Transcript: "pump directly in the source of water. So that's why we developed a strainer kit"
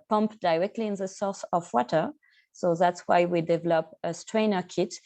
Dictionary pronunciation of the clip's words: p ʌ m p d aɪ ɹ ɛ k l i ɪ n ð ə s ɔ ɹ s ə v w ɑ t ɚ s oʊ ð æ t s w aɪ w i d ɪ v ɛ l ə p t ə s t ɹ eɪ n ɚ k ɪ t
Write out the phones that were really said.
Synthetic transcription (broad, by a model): p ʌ m p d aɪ ɹ ɛ k l i ɪ n ð ə s ɔ ɹ s ə v w ɑ t ɚ s oʊ ð æ t s w aɪ w i d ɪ v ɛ l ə p ə s t ɹ eɪ n ɚ k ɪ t